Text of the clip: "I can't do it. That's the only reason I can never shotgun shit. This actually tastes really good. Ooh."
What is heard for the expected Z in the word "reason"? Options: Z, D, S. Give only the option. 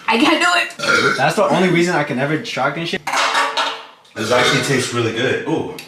Z